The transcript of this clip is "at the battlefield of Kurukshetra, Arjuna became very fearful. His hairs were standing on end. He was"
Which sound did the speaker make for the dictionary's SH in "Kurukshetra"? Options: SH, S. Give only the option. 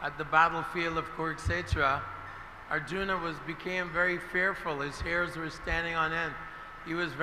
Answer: S